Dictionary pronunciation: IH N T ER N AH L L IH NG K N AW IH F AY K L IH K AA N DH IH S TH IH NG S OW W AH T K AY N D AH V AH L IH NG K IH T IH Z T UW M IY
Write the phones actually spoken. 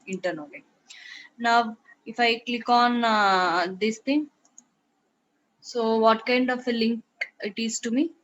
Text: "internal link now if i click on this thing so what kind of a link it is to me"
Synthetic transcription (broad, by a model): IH N T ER N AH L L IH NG N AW IH F AY K L IH K AA N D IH S T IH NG S OW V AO T K AY N D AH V AH L IH NG K IH T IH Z T UW M IY